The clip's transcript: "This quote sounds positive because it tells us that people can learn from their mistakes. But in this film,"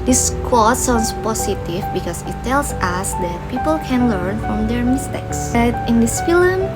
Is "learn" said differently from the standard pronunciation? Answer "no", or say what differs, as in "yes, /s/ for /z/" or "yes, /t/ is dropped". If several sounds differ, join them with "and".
no